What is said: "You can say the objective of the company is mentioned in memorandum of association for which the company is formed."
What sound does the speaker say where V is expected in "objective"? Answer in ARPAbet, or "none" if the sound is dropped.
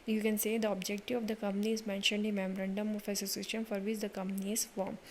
none